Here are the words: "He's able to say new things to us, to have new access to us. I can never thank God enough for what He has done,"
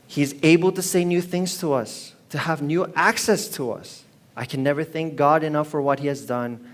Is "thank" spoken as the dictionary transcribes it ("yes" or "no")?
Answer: yes